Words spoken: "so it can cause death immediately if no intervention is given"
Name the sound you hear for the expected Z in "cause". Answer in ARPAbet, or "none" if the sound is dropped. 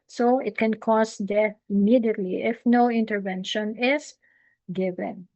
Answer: S